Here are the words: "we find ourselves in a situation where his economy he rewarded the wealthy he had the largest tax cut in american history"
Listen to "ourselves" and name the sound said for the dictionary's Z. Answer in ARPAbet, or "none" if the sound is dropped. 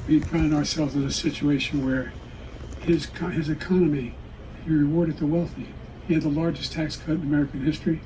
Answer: Z